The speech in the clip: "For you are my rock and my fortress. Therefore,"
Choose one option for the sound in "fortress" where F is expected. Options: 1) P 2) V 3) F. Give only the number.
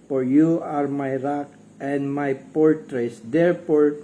1